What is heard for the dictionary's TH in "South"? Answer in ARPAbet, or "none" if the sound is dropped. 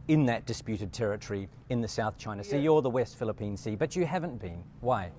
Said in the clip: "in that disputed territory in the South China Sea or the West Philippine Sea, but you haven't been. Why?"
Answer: TH